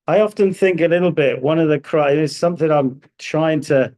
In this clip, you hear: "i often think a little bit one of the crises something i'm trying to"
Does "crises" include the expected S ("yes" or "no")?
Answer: no